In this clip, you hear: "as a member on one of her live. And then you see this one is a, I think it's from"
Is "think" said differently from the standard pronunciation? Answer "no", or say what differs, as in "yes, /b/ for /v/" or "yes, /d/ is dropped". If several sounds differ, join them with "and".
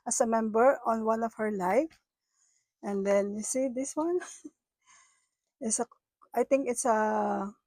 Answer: yes, /t/ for /θ/